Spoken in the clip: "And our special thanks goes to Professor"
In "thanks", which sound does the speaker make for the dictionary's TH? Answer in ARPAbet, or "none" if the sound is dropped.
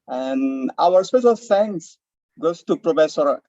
F